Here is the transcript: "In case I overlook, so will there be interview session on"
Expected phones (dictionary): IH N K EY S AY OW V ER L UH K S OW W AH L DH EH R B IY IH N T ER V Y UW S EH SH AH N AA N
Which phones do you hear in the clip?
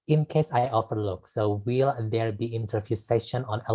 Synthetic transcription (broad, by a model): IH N K EY S AY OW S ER L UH K S OW W AH L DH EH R B IY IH N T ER F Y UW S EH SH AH N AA N